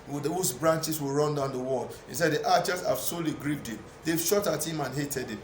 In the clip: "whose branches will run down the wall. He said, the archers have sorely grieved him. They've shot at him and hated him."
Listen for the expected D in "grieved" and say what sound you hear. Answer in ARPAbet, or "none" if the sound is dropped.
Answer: D